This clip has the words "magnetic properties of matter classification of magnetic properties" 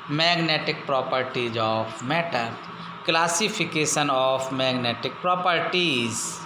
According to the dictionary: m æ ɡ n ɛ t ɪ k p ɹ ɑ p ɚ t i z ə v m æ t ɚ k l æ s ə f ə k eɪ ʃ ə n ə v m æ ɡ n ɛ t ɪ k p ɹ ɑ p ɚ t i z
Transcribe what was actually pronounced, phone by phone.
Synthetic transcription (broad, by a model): m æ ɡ n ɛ t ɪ k p ɹ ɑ p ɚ t i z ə p m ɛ t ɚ k l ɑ s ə p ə k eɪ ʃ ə n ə p m æ ɡ n ɛ t ɪ k p ɹ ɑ p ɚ t i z